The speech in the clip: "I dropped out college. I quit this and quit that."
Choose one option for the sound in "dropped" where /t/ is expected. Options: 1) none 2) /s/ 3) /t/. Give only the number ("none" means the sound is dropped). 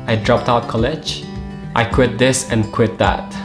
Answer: 3